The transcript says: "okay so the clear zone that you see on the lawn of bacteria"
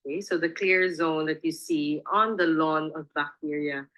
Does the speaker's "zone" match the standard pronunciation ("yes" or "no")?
yes